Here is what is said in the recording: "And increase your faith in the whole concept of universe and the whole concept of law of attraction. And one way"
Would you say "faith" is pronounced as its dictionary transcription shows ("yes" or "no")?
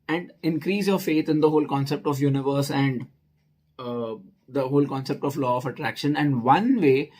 no